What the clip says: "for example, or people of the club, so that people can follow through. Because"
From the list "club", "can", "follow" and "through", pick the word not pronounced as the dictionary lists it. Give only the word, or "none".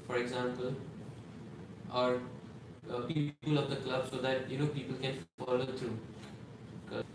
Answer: through